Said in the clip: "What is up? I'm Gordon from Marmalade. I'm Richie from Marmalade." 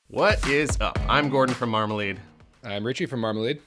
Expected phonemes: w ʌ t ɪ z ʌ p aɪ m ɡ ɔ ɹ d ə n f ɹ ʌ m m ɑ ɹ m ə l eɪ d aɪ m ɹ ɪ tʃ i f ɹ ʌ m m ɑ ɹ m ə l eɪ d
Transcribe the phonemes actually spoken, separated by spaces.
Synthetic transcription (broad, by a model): w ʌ t ɪ z ʌ p aɪ m ɡ ɔ ɹ d n f ɹ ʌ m m ɑ ɹ m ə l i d aɪ m ɹ ɪ tʃ i f ɹ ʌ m m ɑ ɹ m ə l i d